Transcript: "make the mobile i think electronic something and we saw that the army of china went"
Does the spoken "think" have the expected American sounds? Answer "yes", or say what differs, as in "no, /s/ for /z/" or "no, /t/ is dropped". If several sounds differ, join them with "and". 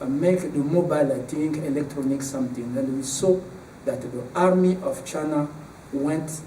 no, /t/ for /θ/